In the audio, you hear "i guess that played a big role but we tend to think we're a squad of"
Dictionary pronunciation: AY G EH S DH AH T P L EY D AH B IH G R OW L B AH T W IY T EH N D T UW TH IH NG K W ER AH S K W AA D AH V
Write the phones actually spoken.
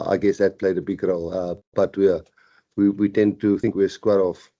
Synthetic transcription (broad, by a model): AY G EH S DH AH T P L EY D AH B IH G R OW L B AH T W IY T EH N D T UW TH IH NG K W AH S K W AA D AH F